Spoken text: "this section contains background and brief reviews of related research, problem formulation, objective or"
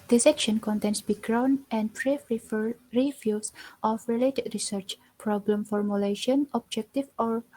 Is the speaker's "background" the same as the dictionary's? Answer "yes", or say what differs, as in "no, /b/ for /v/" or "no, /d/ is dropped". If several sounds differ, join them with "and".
no, /d/ is dropped